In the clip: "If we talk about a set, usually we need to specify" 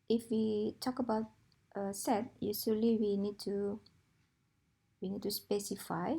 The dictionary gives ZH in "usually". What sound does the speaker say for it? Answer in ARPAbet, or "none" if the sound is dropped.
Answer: S